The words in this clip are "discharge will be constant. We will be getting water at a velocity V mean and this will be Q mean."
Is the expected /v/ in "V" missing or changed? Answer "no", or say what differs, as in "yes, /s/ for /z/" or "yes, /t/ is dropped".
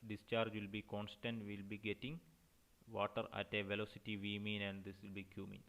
no